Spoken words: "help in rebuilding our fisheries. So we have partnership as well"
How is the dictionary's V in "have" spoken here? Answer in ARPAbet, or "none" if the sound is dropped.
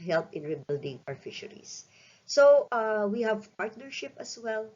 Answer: V